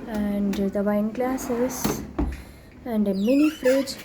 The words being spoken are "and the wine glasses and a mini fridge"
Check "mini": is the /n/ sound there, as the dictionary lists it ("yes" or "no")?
no